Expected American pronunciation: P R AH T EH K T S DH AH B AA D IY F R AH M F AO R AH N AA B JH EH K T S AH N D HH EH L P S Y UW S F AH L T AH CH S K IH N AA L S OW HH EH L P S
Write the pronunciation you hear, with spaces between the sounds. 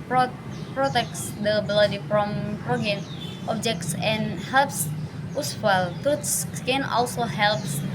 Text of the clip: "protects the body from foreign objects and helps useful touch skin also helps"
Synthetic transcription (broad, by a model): P R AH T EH K S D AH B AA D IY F R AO M P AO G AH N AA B JH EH K T S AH N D HH EH L P S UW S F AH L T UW S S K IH N AA L S OW HH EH L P S